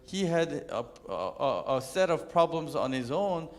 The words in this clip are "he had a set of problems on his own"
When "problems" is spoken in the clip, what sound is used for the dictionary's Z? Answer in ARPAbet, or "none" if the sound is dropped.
Z